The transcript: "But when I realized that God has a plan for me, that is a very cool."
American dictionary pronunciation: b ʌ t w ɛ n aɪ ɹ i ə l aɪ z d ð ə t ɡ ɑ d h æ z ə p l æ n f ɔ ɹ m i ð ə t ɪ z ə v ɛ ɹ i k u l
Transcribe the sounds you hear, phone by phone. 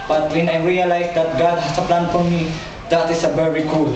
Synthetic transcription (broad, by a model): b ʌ t w ɛ n aɪ ɹ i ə l aɪ s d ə t ɡ ɑ d h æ s ə p l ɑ n f ɔ ɹ m i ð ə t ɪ s ə b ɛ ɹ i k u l